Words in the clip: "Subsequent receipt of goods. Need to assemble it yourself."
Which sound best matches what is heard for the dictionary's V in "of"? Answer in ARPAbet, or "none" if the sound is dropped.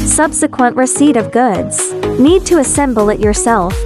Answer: V